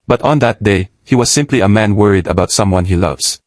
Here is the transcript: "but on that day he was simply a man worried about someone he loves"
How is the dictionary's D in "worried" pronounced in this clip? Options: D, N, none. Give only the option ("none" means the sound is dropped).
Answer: D